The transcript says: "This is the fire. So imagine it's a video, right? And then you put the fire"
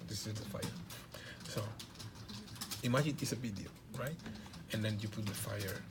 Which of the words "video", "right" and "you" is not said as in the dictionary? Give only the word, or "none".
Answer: video